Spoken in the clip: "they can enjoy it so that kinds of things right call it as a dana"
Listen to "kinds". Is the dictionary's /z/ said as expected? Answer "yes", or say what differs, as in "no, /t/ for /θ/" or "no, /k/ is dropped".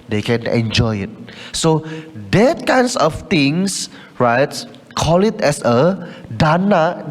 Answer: no, /s/ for /z/